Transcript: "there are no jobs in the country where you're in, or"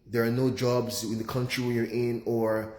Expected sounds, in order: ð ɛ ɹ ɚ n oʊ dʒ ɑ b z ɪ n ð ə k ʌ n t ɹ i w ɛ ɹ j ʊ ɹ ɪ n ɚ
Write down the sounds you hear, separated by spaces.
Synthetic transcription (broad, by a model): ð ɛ ɹ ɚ n oʊ dʒ ɑ b z ɪ n ð ə k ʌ n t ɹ i w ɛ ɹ j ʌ ɹ ɪ n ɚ